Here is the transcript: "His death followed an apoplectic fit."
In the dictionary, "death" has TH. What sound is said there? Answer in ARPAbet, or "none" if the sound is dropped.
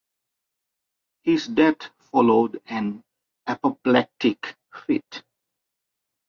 T